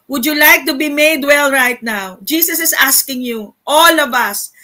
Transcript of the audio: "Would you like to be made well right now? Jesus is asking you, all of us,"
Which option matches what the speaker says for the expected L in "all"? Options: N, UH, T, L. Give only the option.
L